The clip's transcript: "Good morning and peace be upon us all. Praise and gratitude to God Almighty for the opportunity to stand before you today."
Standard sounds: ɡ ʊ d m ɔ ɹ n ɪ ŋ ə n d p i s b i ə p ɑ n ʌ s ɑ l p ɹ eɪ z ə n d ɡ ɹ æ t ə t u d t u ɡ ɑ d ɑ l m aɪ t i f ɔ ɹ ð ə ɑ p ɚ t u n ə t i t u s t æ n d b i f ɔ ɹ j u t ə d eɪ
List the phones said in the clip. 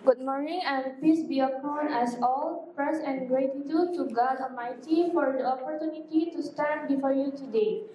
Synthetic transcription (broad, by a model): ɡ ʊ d m ɔ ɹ n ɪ ŋ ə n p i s b i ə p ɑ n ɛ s ɑ l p ɹ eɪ s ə n ɡ ɹ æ t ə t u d t u ɡ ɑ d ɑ m aɪ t i f ɔ ɹ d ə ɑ p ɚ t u n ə t i t u s t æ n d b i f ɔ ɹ j u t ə d eɪ